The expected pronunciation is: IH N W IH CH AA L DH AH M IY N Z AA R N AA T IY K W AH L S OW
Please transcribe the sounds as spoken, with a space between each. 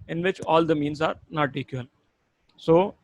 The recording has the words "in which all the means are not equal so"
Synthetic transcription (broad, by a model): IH N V IH CH AA L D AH M IY N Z AA R N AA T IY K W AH N S OW